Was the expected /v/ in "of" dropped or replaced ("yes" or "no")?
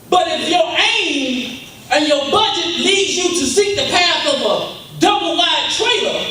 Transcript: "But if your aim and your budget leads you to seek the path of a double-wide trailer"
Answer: no